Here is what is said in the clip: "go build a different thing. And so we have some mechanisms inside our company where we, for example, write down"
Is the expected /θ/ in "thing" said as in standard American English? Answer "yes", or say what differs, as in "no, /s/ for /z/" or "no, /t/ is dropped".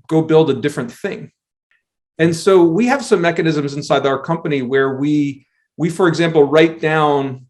yes